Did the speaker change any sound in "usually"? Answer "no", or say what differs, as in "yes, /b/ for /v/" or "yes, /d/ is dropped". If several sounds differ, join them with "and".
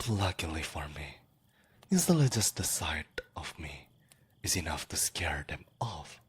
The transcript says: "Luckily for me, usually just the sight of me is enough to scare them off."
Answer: yes, /z/ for /ʒ/